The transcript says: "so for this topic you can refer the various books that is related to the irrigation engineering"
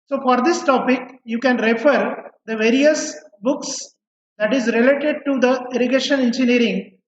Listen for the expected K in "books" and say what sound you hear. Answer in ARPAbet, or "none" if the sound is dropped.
K